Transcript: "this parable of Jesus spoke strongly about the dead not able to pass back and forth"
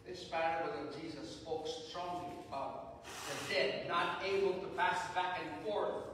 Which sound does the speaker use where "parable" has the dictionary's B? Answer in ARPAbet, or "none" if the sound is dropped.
none